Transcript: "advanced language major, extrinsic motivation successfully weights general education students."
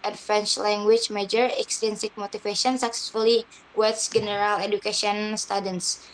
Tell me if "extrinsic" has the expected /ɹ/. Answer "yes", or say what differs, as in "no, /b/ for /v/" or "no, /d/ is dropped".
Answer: no, /ɹ/ is dropped